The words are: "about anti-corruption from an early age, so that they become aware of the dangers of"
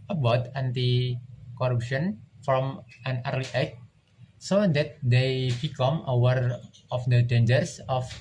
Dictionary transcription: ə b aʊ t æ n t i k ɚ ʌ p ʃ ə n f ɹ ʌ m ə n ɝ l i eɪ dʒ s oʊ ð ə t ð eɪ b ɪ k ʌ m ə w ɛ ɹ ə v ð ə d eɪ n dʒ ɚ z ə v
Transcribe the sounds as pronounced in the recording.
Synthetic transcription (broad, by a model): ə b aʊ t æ n t i k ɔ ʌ p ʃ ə n f ɹ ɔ m ə n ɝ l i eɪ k s oʊ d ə t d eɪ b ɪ k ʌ m ə w ɛ ɹ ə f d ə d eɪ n dʒ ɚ s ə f